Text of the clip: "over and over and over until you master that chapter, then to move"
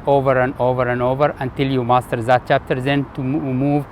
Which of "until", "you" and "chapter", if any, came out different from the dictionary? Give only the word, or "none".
none